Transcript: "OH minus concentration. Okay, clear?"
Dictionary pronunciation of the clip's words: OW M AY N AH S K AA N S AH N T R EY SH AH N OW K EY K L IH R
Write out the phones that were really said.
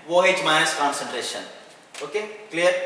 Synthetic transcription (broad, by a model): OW M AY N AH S K AA N S AH N T R EY SH AH N OW K EY K L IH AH